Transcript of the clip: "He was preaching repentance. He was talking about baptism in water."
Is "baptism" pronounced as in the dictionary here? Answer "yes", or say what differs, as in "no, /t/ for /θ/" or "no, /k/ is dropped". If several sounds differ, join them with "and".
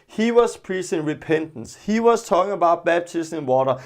no, /b/ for /p/